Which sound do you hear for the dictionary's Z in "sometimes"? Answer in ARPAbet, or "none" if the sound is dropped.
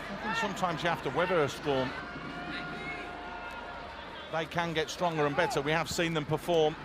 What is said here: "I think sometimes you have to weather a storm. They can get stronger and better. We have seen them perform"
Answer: Z